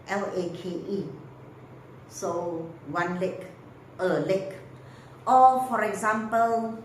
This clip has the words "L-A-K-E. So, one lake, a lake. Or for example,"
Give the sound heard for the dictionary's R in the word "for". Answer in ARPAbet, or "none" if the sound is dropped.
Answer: R